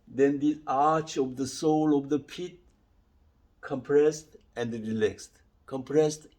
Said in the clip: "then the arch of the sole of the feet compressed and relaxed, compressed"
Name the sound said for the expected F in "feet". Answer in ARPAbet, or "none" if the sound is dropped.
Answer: P